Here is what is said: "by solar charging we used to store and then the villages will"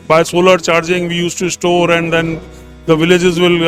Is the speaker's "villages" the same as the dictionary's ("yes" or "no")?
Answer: yes